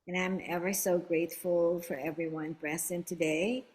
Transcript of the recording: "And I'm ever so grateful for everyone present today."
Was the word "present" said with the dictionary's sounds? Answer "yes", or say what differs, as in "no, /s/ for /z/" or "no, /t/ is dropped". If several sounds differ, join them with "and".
no, /b/ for /p/ and /s/ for /z/